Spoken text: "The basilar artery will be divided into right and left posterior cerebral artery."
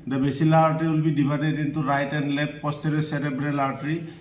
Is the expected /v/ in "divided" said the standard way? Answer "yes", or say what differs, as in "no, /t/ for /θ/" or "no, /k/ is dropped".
no, /b/ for /v/